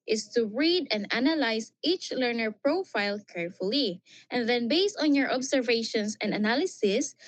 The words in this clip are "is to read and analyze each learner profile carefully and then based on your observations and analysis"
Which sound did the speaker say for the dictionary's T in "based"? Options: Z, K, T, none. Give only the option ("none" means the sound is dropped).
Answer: T